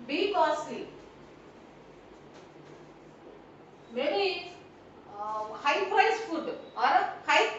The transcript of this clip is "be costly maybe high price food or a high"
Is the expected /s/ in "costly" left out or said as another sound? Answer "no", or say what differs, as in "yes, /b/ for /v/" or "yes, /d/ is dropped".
yes, /s/ is dropped